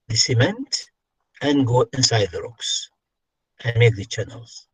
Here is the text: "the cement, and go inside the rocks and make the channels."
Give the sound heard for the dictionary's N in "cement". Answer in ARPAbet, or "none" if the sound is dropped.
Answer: N